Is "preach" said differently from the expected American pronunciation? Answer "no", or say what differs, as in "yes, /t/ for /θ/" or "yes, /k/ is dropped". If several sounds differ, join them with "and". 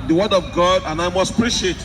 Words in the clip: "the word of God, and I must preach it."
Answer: yes, /ʃ/ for /tʃ/